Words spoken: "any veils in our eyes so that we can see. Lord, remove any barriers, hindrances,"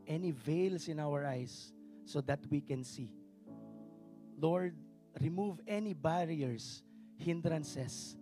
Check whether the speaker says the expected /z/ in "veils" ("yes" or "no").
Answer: no